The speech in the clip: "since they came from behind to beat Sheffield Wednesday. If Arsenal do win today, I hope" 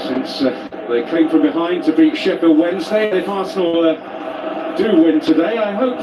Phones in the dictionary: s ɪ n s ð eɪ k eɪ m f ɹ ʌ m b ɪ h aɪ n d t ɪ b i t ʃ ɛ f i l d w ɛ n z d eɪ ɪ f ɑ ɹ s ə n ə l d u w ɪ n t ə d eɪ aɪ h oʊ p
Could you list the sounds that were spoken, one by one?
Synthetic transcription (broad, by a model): s ɪ n s ð eɪ k eɪ m f ɹ ʌ m b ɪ h aɪ n t ɪ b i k ʃ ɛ p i w ɛ n z d eɪ ɪ p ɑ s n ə ə d u w ɪ n t ə d eɪ aɪ h oʊ p